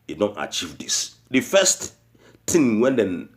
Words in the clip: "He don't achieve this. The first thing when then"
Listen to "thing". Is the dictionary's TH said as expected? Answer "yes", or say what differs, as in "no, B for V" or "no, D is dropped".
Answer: no, T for TH